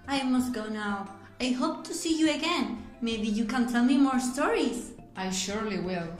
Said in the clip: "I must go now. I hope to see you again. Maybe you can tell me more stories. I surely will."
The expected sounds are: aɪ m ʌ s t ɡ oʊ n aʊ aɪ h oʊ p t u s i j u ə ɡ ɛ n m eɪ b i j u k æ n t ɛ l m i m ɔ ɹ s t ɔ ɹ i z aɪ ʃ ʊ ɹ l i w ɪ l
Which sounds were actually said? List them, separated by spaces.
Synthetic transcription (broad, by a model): aɪ m ʌ s t ɡ oʊ n aʊ aɪ h oʊ p t u s i j u ə ɡ ɛ n m eɪ b i j u k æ n t ɛ l m i m ɔ ɹ s t ɔ ɹ i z aɪ ʃ ʊ ɹ l i w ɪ l